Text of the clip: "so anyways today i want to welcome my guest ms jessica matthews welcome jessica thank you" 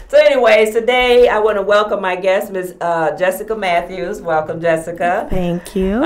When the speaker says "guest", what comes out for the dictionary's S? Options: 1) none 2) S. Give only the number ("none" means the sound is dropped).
2